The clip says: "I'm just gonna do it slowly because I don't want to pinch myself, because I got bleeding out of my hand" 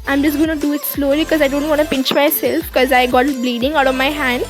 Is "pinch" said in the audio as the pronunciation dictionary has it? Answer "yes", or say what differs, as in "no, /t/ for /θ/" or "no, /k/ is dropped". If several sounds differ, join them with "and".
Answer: yes